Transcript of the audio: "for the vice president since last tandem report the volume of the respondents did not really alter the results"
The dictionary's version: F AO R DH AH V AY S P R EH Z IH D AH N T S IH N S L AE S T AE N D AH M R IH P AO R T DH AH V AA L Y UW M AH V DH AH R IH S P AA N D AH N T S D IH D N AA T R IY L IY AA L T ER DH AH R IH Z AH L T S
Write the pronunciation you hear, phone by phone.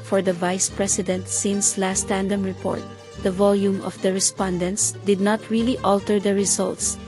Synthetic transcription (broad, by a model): F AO R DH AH V AY S P R EH S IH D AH N T S IH N S L AE S T AE N D AH M R IH P AO R T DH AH V AA L Y UW M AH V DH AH R IH S P AA N D AH N T S D IH D N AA T R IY L IY AA L T ER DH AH R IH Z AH L T S